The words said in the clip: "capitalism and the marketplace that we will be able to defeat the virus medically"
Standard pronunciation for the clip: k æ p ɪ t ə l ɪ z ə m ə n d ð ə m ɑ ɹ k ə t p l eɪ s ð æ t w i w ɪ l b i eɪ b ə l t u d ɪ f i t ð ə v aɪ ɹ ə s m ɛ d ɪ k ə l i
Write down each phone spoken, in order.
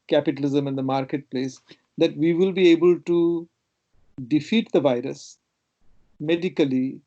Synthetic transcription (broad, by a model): k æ p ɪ t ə l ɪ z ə m ə n d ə m ɑ ɹ k ə t p l eɪ s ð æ t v i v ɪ l b i eɪ b ə l t u d ɪ f i t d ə v aɪ ɹ ə s m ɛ d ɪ k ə l i